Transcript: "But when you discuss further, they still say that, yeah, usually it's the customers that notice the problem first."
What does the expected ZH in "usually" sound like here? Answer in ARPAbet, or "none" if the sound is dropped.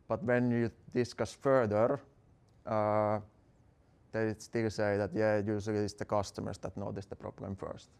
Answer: S